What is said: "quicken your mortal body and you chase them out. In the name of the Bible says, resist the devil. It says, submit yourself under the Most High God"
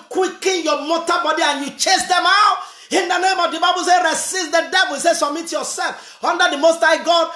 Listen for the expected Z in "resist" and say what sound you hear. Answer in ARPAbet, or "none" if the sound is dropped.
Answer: S